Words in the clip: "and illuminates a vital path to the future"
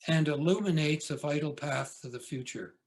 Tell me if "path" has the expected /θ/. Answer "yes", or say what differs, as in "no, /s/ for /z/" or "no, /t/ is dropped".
yes